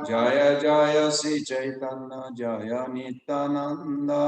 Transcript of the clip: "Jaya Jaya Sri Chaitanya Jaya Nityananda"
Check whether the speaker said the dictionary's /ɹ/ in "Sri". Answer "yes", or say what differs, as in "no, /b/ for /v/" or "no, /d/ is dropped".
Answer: no, /ɹ/ is dropped